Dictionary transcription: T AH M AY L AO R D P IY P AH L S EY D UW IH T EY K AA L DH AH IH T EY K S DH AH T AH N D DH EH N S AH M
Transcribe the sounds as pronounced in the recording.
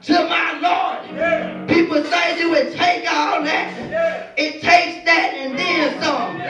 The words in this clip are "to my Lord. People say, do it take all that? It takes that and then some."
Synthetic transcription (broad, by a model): T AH M AY L AO R D P IY P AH L S EY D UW IH T EY K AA N DH AH IH T EY K S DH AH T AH N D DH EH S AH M